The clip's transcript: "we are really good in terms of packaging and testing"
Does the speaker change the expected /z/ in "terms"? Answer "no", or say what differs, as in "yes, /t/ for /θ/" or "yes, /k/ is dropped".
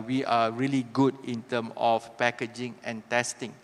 yes, /z/ is dropped